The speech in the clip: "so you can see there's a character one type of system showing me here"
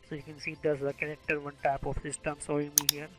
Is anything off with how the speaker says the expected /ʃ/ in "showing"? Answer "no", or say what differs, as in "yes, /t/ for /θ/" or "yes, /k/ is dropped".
yes, /s/ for /ʃ/